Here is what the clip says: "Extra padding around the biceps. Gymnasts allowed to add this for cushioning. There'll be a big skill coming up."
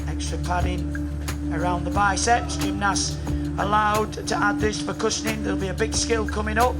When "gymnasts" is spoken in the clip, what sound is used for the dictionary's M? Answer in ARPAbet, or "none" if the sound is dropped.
none